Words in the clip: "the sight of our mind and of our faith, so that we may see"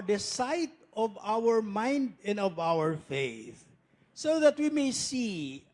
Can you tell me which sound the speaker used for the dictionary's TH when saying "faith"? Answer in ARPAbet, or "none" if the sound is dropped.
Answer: TH